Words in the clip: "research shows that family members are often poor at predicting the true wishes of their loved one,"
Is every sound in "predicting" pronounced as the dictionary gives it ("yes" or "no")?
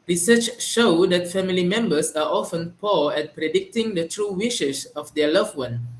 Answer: yes